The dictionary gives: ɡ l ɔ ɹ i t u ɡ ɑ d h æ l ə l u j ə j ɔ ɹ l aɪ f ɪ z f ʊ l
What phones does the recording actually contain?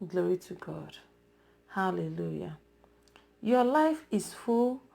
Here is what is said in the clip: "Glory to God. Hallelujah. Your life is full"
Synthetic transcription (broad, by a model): ɡ l ɔ ɹ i t u ɡ ɑ d h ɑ l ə l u j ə j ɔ l aɪ f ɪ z f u l